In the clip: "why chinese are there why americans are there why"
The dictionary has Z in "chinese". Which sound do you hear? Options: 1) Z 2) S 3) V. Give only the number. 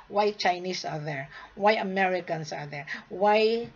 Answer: 2